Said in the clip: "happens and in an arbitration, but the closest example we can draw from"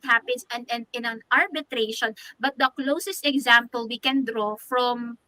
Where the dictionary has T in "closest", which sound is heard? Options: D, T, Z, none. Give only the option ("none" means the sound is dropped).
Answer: T